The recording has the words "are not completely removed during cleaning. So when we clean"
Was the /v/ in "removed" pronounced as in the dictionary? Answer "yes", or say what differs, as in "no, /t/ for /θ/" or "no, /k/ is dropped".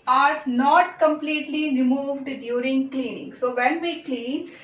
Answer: yes